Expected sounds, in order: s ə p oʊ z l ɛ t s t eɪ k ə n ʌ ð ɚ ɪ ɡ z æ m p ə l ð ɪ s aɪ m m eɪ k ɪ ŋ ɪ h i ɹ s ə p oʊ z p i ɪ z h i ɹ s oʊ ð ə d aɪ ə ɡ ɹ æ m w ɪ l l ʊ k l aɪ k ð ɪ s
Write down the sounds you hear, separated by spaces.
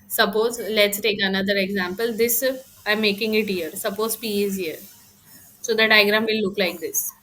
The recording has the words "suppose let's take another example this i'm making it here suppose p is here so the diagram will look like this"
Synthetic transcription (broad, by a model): s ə p oʊ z l ɛ t s t eɪ k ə n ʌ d ɚ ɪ ɡ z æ m p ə l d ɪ s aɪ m m eɪ k ɪ ŋ ɪ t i ɹ s ə p oʊ z p i ɪ z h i ɹ s oʊ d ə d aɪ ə ɡ ɹ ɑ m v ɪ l l ʊ k l aɪ k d ɪ s